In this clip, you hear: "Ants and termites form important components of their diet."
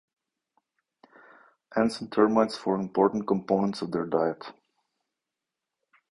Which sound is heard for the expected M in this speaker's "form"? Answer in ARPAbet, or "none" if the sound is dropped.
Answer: none